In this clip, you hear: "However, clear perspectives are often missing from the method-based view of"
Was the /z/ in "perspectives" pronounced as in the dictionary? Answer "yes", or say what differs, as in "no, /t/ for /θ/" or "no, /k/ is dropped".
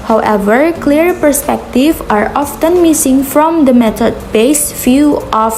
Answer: no, /z/ is dropped